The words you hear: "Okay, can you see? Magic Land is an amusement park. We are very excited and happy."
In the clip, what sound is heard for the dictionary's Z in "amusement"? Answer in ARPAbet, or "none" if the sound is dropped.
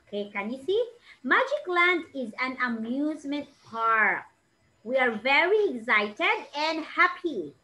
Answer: Z